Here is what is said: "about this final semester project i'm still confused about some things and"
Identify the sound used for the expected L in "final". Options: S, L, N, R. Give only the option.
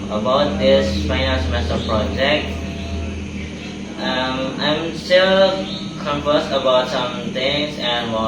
N